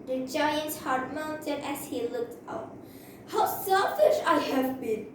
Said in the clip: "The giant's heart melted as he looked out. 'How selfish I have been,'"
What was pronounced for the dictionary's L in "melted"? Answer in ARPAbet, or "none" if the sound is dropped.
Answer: N